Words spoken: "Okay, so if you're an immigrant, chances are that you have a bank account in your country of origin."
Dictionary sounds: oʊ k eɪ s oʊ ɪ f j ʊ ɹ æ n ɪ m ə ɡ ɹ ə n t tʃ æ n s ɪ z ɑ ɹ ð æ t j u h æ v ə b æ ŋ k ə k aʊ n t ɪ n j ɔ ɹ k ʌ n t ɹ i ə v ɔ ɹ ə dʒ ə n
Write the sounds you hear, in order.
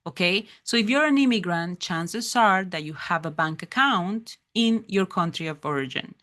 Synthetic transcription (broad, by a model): oʊ k eɪ s oʊ ɪ f j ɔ ɹ æ n ɪ m ə ɡ ɹ ə n t tʃ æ n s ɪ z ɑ ɹ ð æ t j u h æ v ə b æ ŋ k ə k aʊ n t ɪ n j ɔ ɹ k ʌ n t ɹ i ə v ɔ ɹ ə dʒ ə n